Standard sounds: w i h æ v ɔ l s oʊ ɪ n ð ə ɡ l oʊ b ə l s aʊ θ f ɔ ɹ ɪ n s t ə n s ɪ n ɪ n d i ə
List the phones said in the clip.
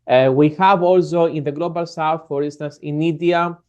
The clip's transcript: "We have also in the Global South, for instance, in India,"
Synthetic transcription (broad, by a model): w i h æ v ɔ l s oʊ ɪ n ð ə ɡ l oʊ b ə l s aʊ f f ɔ ɹ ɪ n s t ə n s ɪ n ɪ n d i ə